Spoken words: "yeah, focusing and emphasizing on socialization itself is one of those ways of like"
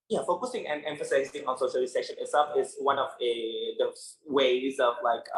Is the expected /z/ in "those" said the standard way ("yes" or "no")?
no